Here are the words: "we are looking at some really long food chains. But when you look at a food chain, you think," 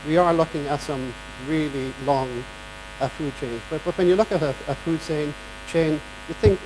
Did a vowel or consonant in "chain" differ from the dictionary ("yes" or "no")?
no